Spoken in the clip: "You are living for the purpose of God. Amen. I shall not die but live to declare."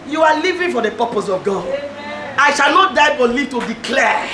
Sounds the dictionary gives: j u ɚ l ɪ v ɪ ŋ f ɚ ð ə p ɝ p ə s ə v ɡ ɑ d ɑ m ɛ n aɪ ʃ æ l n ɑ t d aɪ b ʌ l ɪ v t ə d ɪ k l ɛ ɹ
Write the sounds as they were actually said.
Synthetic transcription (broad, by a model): j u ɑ l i v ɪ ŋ f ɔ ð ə p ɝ p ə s ə v ɡ ɑ d ɑ ɪ ʃ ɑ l n ɑ t d aɪ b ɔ l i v t ə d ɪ k l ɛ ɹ